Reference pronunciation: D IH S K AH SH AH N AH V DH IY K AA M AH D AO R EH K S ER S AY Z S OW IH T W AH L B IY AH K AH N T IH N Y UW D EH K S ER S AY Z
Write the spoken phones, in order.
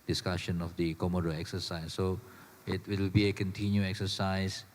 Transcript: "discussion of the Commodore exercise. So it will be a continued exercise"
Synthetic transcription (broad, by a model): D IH S K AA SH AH N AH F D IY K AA M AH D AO EH K S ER S AY S OW IH T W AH W B IY AH K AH N T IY N Y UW EH K S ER S AY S